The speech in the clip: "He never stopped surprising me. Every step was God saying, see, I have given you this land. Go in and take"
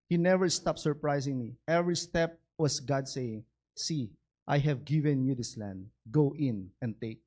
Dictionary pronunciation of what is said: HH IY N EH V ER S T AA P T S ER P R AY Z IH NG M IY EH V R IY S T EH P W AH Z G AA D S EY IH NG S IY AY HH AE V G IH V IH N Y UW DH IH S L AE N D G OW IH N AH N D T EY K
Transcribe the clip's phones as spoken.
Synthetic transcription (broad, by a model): HH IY N EH V ER S T AA P T S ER P R AY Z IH NG M IY EH V R IY S T EH P W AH S G AA D S EY IH NG S IY AY HH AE V G IH V IH N Y UW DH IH S L AE N D G OW IH N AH N T EY K